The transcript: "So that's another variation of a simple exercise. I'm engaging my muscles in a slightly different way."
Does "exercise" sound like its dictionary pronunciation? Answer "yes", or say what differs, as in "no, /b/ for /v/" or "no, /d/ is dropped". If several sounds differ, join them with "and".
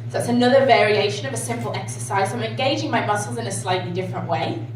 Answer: yes